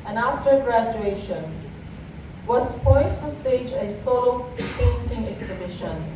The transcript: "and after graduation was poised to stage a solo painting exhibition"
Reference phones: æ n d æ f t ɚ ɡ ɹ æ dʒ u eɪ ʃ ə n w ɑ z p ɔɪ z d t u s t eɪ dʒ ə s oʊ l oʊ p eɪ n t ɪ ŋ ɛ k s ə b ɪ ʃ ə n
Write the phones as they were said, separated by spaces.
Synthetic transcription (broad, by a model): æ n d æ f t ɚ ɡ ɹ æ dʒ u eɪ ʃ ə n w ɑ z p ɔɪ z t u s t eɪ dʒ ə s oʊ l oʊ p eɪ n t ɪ ŋ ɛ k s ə b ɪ ʃ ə n